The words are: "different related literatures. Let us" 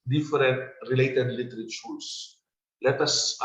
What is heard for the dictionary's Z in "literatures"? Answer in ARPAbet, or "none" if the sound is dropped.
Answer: S